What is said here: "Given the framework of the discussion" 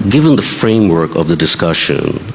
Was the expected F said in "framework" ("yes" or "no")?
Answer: yes